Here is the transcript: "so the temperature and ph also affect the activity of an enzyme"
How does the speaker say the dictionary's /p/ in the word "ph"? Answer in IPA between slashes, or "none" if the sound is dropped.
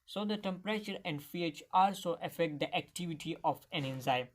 /f/